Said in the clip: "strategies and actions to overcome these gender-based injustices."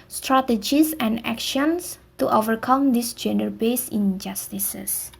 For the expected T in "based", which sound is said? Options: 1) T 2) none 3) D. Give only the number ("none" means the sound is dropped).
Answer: 2